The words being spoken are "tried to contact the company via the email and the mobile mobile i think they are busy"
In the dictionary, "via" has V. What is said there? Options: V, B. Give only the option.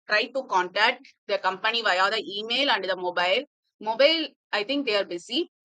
V